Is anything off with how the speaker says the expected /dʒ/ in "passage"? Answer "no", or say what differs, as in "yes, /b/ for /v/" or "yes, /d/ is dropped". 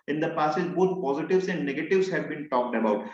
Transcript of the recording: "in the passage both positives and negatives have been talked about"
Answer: yes, /z/ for /dʒ/